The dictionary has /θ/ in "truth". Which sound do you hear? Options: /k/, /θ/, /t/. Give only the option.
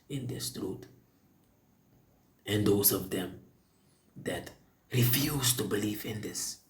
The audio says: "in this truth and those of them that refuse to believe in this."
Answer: /t/